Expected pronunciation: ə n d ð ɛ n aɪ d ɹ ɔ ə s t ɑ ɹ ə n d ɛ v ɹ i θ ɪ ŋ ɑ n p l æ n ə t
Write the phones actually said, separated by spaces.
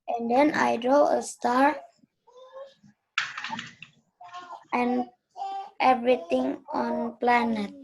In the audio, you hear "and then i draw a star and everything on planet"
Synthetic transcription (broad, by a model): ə n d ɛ n aɪ d ɹ ɔ ə s t ɑ ɹ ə n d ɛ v ɹ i t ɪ ŋ ɑ n p l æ n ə t